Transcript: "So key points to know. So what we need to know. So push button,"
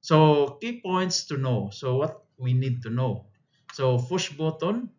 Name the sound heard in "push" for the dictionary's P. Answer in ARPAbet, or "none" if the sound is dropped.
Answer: F